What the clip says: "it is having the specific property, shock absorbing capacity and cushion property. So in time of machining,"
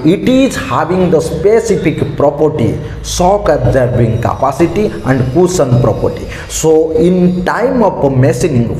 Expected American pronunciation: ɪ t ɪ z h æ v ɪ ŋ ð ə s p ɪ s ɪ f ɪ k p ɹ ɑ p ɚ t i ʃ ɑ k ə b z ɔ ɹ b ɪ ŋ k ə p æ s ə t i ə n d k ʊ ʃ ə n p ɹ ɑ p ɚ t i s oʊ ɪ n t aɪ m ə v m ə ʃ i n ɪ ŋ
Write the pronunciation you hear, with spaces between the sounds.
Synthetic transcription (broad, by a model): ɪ t ɪ z h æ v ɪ ŋ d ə s p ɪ s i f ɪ k p ɹ ɑ p ɚ t i s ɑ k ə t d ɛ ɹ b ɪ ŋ k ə p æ s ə t i ə n d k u s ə n p ɹ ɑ p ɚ t i s oʊ ɪ n t aɪ m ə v m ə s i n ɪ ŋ